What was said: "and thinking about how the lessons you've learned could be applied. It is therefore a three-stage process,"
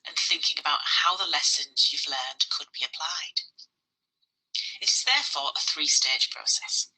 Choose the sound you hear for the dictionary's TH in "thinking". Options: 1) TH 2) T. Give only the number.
1